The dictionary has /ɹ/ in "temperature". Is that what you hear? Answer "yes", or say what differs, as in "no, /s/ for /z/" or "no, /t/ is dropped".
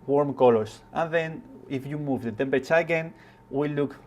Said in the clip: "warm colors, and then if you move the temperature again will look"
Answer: no, /ɹ/ is dropped